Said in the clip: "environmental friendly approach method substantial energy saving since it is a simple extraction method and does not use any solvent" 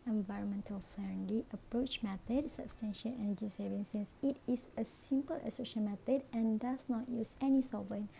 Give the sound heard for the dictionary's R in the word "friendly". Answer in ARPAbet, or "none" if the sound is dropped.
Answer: L